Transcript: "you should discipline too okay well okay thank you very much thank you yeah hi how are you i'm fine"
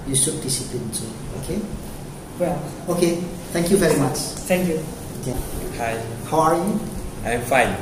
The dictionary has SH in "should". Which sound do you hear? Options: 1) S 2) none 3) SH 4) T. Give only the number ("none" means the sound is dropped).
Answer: 1